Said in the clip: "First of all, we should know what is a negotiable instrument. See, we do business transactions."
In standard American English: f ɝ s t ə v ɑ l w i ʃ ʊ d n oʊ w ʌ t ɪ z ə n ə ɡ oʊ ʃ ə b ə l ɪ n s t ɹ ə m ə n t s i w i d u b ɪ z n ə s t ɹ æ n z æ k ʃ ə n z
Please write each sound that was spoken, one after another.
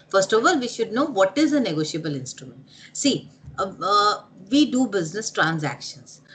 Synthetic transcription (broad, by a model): f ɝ s t ə v ɑ l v i ʃ ʊ d n oʊ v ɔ t ɪ z ə n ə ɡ oʊ ʃ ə b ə l ɪ n s t ɹ ə m ə n t s i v i d u b ɪ z n ə s t ɹ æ n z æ k ʃ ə n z